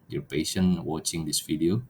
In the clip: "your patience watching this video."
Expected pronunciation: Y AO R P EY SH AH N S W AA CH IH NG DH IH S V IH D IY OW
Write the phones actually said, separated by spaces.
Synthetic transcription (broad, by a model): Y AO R P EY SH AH N W AA CH IH NG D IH S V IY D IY OW